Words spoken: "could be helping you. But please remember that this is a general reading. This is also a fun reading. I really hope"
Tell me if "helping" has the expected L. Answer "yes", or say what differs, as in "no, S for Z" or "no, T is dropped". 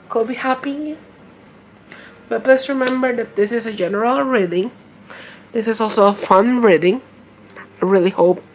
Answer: no, L is dropped